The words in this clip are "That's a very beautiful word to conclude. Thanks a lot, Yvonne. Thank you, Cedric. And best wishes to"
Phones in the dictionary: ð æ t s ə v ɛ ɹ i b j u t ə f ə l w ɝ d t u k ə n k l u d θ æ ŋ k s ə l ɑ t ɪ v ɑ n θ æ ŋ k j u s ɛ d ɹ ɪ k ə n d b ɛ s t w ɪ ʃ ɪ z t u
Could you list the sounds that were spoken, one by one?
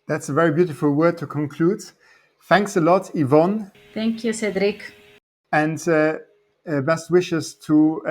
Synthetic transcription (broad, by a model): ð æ t s ə v ɛ ɹ i b j u t ə f ə l w ɝ d t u k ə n k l u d θ æ ŋ k s ə l ɑ t ɪ v ɑ n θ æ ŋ k j u s ɛ d ɹ ɪ k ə n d b ɛ s t w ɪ ʃ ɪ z t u